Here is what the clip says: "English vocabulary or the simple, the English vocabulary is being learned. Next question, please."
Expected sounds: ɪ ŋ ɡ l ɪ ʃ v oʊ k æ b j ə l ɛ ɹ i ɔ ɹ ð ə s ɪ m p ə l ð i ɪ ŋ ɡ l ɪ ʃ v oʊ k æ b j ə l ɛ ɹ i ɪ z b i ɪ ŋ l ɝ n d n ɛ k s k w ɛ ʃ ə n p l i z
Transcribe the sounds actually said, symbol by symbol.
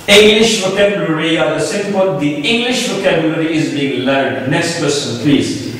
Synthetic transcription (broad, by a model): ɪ ŋ ɡ l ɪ ʃ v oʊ k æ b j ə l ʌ ɹ i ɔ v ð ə s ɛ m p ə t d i ɪ ŋ ɡ l ɪ ʃ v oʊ k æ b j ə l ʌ ɹ i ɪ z b i ɪ ŋ l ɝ d n ɛ k s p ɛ s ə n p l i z